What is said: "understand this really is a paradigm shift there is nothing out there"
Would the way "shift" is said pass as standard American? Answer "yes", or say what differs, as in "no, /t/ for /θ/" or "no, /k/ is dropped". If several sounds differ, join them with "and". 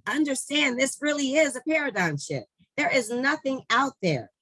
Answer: no, /f/ is dropped